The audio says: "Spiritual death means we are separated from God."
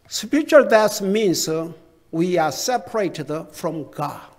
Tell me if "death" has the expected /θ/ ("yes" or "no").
no